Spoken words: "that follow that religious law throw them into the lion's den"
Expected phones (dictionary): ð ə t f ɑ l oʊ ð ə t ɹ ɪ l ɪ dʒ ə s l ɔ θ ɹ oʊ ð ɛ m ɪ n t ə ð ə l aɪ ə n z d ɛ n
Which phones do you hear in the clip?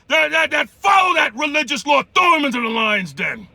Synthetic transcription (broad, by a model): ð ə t f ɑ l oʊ ð ə t ɹ ɪ l ɪ dʒ ə s l ɔ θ oʊ m ɪ n t ə ð ə l aɪ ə n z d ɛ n